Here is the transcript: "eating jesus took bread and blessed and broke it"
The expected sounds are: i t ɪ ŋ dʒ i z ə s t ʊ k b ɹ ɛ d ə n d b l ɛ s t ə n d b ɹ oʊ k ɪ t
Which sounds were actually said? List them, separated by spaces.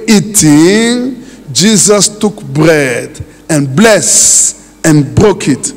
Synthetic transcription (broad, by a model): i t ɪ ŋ dʒ i z ə s t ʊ k b ɹ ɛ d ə n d b l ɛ s ə n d b ɹ oʊ k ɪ t